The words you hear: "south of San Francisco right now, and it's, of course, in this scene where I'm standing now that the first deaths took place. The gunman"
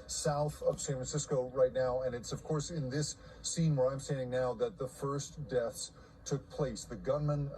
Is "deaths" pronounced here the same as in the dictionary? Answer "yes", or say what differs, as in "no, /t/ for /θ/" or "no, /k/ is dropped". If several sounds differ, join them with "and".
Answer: yes